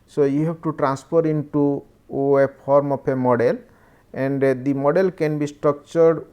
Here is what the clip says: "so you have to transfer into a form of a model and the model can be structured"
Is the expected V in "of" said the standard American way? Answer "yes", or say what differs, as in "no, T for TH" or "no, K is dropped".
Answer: no, P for V